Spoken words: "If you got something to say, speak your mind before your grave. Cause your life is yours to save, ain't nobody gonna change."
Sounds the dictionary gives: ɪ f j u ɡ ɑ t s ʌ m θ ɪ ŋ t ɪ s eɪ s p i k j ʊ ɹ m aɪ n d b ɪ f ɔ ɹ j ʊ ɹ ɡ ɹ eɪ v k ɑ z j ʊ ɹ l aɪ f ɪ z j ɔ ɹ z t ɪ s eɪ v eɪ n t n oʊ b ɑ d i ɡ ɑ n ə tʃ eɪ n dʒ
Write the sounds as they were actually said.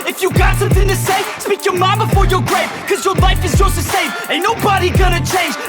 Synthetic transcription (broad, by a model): ɪ f j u ɡ ɑ t s ʌ m θ ɪ ŋ t ɪ s eɪ s p i k j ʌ ɹ m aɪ b ɪ f ɔ ɹ j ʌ ɹ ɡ ɹ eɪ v k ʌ z j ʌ ɹ l aɪ f ɪ z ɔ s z t ɪ s eɪ v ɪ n n oʊ b ɑ d i ɡ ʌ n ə tʃ eɪ n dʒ